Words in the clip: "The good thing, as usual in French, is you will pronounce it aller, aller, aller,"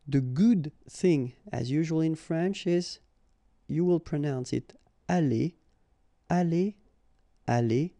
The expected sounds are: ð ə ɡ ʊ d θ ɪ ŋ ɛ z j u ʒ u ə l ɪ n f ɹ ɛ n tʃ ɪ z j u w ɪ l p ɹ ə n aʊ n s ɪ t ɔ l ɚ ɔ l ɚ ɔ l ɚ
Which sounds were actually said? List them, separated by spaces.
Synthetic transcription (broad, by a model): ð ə ɡ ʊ d θ ɪ ŋ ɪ z j u ʒ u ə l ɪ n f ɹ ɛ n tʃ ɪ z j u w ɪ l p ɹ ə n aʊ n s ɪ t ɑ l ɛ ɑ l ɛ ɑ l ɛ